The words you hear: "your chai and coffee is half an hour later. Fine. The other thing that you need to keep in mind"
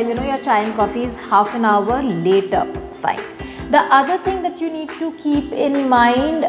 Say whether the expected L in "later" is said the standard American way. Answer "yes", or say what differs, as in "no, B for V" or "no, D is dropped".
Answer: yes